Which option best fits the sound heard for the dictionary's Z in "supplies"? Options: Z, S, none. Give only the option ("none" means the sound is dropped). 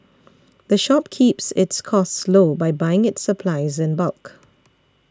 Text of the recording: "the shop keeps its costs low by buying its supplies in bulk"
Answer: Z